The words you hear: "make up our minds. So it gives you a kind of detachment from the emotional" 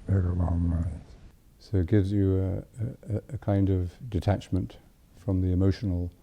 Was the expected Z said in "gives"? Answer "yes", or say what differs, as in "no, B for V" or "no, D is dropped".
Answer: yes